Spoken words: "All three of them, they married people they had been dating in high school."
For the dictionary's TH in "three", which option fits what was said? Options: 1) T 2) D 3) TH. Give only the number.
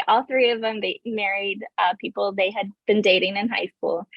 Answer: 3